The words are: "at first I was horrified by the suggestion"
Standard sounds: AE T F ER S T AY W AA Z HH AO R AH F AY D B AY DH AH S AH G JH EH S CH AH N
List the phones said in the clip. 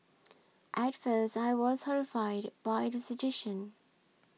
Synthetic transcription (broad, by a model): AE T F ER S T AY W AA Z HH AO R AH F AY D B AY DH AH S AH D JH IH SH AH N